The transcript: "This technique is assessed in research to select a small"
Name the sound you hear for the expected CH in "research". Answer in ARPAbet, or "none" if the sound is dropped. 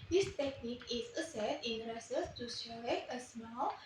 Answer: S